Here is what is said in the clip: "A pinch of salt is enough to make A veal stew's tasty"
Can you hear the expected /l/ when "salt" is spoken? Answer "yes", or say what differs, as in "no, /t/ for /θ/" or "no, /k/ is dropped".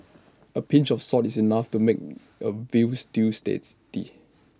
no, /l/ is dropped